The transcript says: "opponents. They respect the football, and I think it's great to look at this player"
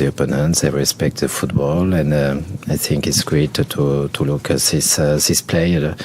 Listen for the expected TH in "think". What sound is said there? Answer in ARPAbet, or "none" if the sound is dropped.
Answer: TH